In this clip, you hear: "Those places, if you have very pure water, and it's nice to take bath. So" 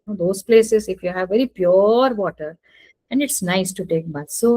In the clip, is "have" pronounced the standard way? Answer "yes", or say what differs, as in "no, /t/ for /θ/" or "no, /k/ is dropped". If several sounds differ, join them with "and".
yes